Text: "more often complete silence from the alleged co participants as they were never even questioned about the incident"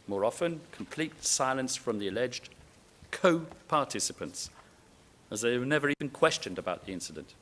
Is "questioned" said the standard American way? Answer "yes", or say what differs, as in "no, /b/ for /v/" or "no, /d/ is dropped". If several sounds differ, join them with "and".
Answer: yes